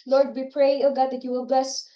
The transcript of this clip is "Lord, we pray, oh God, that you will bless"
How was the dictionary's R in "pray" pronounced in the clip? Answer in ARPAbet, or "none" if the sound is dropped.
R